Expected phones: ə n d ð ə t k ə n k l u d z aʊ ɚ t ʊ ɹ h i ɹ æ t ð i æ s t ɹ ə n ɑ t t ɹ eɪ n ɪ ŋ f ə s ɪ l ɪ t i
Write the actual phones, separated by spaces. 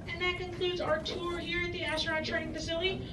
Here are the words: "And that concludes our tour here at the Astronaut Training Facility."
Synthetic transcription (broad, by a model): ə n ð ə t k ə n k l u d z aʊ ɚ t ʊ ɹ h i ɹ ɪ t ð i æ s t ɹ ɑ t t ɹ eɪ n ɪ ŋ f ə s ɪ l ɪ t i